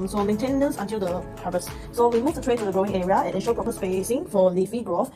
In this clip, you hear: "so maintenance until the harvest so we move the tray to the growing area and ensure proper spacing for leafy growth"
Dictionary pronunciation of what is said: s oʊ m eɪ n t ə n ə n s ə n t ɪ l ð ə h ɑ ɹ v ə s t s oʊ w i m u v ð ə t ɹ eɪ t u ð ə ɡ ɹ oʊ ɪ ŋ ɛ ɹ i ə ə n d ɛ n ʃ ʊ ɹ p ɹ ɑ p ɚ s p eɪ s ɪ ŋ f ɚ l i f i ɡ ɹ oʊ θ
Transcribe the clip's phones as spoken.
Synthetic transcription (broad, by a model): s oʊ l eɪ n t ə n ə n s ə n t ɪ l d ə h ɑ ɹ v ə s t s oʊ w i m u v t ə t ɹ eɪ t u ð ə ɡ ɹ oʊ ɪ ŋ ɛ ɹ i ə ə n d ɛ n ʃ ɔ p ɹ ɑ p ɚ s p eɪ s ɪ ŋ f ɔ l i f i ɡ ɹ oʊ